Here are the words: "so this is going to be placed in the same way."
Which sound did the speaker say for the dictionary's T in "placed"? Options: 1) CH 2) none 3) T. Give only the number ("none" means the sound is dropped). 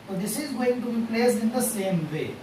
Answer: 2